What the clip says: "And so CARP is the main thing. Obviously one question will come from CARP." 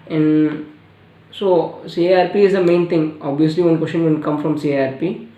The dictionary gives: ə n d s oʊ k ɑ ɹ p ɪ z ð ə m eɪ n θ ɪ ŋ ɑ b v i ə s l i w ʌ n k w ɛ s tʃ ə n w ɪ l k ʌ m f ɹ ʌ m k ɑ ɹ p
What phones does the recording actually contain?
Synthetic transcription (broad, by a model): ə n d s oʊ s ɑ ɹ p ɪ z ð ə m eɪ n t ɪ ŋ ɑ b v i ə s l i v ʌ n k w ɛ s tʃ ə n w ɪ n k ʌ m f ɹ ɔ m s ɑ ɹ p